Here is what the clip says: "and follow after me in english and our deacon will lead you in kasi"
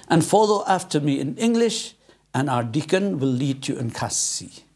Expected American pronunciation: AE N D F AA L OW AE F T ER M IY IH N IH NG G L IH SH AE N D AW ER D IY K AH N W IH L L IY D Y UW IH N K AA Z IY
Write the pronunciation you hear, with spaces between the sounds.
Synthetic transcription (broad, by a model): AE N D F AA L OW AE F T ER M IY IH N IH NG G L IH SH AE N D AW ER D IY K AH N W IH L L IY D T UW IH N K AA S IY